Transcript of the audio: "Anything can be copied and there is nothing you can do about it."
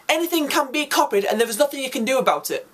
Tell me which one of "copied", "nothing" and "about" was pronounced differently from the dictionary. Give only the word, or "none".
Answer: none